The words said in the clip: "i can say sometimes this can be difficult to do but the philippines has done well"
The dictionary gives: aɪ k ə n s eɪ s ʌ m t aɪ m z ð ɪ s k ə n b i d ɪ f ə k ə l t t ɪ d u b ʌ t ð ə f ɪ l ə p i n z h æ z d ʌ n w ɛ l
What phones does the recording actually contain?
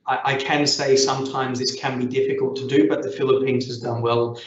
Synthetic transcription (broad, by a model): aɪ k ə n s eɪ s ʌ m t aɪ m z ð ɪ s k ə n b i d ɪ f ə k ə l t t ɪ d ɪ b ʌ t ð ə f ɪ l ə p i n z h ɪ z d ʌ n w ɛ l